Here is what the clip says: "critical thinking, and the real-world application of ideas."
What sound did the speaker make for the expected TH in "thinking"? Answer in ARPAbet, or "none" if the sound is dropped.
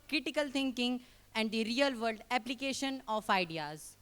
T